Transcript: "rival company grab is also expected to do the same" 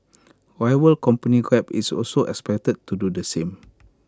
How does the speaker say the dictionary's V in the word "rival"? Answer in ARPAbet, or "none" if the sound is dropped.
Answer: W